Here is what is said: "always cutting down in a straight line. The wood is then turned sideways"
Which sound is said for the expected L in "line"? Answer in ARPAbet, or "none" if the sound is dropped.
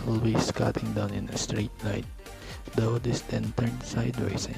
N